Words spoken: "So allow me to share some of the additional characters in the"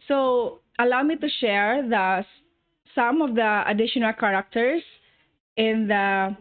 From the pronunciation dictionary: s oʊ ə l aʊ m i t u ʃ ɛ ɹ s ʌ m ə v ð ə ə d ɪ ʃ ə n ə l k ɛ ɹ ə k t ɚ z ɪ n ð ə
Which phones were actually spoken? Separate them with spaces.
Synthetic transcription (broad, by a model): s oʊ ə l aʊ m i t u ʃ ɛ ɹ s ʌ m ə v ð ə ə d ɪ ʃ ə n ə l k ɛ ɹ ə k t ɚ s ɪ n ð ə